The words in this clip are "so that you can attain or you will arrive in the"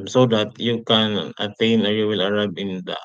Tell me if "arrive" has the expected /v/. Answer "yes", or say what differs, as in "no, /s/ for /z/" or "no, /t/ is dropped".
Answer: no, /b/ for /v/